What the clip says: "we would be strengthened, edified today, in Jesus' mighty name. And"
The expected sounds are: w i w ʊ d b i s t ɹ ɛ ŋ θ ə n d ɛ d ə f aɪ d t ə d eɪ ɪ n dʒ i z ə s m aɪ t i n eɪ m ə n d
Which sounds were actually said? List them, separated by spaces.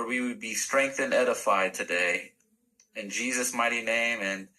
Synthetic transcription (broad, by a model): w i w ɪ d b i s t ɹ ɛ ŋ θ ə n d ɛ d ə f aɪ d t ə d eɪ ɪ n dʒ i z ə s m aɪ t i n eɪ m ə n